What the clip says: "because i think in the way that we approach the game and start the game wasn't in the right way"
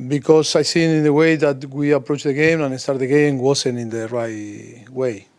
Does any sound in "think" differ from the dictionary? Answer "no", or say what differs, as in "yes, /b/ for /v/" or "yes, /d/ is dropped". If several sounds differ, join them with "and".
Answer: yes, /s/ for /θ/